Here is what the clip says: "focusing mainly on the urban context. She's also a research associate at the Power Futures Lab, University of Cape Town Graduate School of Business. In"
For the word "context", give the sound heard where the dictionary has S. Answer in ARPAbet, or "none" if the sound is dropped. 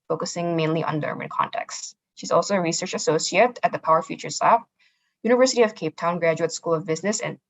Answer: S